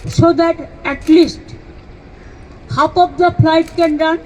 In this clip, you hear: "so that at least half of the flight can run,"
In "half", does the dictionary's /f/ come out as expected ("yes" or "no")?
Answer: no